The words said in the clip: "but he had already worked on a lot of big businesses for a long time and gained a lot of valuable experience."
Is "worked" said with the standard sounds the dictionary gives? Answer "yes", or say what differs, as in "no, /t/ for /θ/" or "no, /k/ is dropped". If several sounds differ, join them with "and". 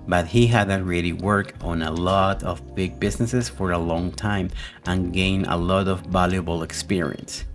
no, /t/ is dropped